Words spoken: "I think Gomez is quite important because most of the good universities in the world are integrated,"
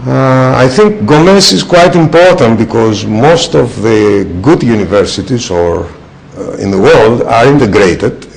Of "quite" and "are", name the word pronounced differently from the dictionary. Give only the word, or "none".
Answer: none